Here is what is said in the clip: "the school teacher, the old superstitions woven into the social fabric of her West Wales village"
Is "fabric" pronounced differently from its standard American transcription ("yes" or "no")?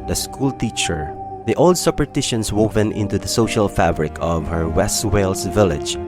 no